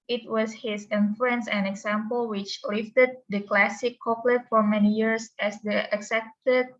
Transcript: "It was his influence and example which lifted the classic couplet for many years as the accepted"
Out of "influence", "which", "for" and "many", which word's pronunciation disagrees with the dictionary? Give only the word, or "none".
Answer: influence